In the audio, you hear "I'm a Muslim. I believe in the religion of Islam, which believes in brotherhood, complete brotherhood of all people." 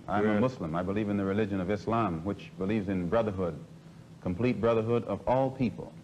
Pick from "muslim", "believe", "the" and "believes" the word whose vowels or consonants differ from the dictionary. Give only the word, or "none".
muslim